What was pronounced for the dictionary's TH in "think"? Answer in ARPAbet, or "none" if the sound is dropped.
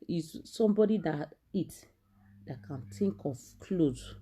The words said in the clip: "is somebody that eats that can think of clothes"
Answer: T